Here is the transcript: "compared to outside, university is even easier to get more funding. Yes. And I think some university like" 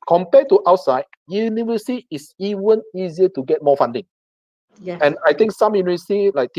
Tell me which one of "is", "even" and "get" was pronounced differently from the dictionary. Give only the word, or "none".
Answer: is